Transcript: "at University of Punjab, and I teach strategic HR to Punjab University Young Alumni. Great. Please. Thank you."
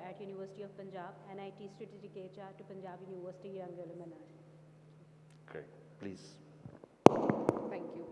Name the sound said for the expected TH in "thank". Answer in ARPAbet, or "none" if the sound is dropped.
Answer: T